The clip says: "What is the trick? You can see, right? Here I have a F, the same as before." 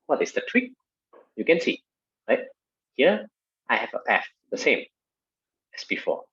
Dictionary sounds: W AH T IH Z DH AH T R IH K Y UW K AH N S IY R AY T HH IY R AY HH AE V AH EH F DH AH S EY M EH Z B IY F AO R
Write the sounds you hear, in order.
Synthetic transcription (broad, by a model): W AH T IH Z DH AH T W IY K Y UW K AH N S IY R AY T HH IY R AY HH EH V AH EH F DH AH S EY M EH S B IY F AO